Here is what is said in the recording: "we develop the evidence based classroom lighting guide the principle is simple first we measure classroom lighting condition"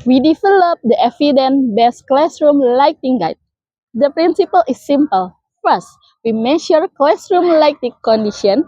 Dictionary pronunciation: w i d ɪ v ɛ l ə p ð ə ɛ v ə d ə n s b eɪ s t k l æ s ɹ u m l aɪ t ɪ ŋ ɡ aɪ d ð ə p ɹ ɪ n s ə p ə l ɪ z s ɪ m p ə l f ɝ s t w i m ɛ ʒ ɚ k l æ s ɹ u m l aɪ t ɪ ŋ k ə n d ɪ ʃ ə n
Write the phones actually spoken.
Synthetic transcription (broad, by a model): w i d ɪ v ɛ l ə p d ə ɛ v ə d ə n b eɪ s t k l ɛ s ɹ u m l aɪ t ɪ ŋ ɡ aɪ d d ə p ɹ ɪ n s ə p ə l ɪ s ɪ m p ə l f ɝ s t w i m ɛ ʃ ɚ k l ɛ s ɹ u m l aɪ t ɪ k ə n d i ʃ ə n